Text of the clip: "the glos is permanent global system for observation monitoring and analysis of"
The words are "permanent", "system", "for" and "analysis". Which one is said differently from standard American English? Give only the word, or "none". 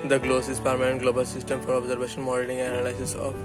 analysis